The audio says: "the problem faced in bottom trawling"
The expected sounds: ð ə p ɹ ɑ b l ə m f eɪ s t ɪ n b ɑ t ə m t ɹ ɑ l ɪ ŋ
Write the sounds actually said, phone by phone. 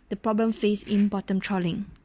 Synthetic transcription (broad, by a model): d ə p ɹ ɑ b l ə m f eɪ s ɪ n b ɑ t ə m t ɹ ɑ l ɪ ŋ